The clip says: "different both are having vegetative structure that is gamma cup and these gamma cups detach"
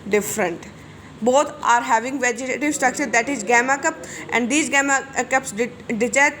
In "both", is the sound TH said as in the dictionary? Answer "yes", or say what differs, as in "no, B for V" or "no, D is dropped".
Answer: no, T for TH